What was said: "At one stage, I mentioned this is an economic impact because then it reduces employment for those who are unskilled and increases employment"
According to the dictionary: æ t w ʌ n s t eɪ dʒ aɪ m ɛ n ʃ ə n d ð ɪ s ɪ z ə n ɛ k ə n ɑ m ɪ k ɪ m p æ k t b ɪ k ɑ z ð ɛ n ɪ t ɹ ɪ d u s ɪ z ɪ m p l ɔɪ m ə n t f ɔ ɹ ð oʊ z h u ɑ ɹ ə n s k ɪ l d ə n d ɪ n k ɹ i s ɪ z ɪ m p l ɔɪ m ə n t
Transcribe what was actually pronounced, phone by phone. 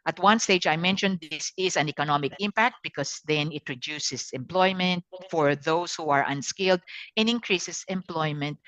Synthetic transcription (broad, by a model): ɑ t w ʌ n s t eɪ dʒ aɪ m ɛ n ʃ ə n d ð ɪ s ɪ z ə n ɛ k ə n ɑ m ɪ k ɪ m p æ k t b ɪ k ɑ s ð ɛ n ɪ t ɹ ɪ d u s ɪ s ɪ m p l ɔɪ m ə n t f ɔ ɹ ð oʊ s h u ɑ ɹ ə n s k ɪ l d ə n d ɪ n k ɹ i s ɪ s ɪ m p l ɔɪ m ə n t